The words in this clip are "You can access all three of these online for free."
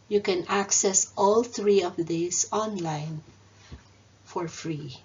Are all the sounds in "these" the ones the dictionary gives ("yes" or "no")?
no